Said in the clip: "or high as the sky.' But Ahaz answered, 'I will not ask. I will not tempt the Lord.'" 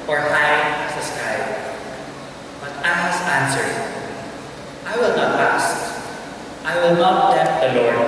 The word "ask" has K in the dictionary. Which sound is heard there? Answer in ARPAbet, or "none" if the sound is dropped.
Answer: none